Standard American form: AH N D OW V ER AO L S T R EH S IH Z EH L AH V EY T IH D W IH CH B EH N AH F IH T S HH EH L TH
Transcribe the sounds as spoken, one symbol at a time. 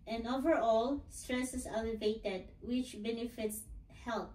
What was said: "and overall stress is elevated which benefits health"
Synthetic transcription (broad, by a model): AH N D OW V ER AO L S T R EH S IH S EH L AH V EY T IH D W IH CH B EH N AH F IH T S HH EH L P